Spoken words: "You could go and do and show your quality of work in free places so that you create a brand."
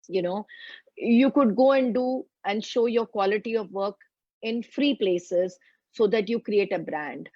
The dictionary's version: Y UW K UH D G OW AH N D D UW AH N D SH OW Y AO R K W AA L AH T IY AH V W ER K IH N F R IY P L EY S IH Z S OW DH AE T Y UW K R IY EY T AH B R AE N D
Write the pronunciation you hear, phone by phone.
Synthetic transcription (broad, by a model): Y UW K UH D G OW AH N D D UW AH N D SH OW Y AO R K W AA L AH T IY AH V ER K IH N F R IY P L EY S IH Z S OW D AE T Y UW K R IY EY T AH B R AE N D